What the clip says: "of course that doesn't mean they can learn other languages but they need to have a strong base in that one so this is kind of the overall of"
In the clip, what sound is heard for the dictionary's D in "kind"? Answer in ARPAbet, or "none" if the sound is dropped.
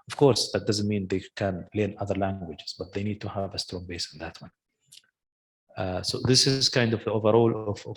D